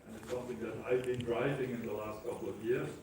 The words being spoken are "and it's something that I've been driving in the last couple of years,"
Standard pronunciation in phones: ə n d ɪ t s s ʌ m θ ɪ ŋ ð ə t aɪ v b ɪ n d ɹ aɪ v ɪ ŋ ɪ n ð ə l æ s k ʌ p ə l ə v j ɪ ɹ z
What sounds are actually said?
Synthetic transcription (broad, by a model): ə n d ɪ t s s ʌ m θ ɪ ŋ ð ə t aɪ v b ɪ n d ɹ aɪ v ɪ ŋ ɪ n ð ə l æ s k ʌ p l ə v j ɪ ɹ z